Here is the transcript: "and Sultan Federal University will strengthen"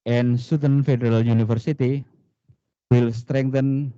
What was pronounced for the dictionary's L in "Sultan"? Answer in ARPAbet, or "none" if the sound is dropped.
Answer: none